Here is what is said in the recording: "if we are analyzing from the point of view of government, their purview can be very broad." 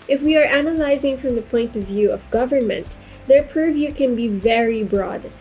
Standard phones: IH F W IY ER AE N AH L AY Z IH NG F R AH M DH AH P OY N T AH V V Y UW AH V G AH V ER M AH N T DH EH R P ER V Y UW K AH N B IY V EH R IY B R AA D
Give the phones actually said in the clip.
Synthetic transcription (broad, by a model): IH F W IY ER AE N AH L AY Z IH NG F R AH M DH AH P OY N T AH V V Y UW AH V G AH V ER M AH N T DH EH R P ER V Y UW K AH N B IY V EH R IY B R AA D